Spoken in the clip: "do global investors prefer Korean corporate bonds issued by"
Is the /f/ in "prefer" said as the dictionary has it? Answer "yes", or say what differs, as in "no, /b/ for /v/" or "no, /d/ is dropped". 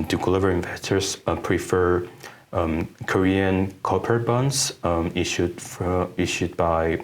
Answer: yes